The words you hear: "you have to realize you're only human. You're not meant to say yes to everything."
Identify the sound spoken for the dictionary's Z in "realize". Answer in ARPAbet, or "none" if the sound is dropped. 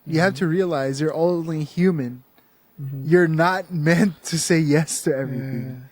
Z